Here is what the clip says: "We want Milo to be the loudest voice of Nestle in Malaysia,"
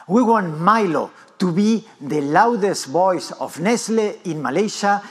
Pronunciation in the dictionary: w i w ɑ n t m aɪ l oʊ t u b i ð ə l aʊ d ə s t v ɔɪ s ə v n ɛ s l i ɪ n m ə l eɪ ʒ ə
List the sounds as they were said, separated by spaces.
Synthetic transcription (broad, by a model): w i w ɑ n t m aɪ l oʊ t u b i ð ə l aʊ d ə s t b ɔɪ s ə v n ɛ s l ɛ ɪ n m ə l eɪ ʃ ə